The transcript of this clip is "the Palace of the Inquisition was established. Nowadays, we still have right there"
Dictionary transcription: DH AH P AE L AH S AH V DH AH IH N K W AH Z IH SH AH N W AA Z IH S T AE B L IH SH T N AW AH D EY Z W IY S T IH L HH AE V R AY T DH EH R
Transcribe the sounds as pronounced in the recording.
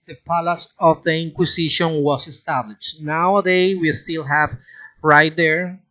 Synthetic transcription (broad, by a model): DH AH P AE L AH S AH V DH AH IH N K W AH S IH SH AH N W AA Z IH S T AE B L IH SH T N AW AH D EY W IY S T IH L HH AE V R AY T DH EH R